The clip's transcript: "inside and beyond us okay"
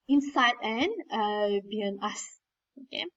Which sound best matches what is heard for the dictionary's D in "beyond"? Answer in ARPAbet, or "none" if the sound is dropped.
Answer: none